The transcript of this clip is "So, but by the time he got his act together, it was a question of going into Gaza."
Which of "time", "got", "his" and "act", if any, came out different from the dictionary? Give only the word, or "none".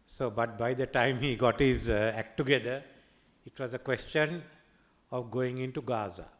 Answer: none